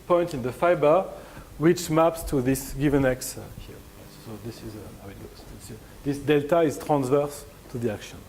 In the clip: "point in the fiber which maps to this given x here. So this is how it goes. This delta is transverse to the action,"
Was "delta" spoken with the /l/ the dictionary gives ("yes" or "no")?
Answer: yes